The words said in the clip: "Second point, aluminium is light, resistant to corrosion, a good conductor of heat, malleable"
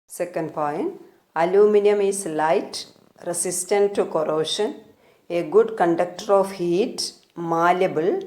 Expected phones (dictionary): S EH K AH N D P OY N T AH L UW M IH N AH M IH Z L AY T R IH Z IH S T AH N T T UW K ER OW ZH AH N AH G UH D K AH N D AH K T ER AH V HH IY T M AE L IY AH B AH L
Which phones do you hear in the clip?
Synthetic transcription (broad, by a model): S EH K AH N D P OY N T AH L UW M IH N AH M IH S L AY T R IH S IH S T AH N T T UW K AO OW SH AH N AH G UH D K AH N D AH K T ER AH F HH IY T M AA L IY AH B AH L